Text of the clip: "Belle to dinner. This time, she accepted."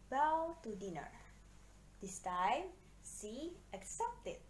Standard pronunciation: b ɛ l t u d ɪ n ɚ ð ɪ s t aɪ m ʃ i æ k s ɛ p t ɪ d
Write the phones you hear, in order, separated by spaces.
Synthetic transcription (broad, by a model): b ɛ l t u d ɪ n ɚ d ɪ s t aɪ m s i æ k s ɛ p t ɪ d